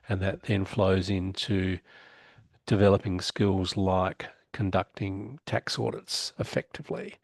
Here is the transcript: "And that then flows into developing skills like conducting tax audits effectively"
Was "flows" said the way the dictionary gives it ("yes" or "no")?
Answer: yes